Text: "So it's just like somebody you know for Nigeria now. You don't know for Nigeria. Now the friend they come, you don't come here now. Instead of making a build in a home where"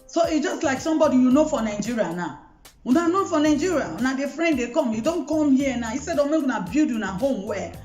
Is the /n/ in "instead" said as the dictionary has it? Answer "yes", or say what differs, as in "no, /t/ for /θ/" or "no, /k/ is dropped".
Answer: no, /n/ is dropped